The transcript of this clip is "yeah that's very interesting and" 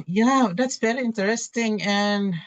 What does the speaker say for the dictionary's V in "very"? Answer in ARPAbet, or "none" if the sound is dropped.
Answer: B